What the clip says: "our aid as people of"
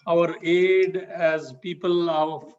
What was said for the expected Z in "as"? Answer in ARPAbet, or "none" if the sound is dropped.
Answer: Z